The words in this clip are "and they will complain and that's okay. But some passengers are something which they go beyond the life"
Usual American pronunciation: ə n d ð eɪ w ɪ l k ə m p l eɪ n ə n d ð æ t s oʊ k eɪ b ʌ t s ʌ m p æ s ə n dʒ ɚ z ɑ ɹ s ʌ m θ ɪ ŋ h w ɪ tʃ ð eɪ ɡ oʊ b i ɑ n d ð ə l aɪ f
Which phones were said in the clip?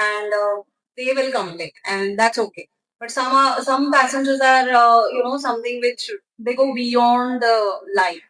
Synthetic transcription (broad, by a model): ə n d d eɪ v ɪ l k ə m l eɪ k ə n d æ t s oʊ k eɪ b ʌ t s ʌ m p æ s ə n dʒ ɚ z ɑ ɹ s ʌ m t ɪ ŋ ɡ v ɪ tʃ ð eɪ ɡ oʊ b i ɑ n d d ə l aɪ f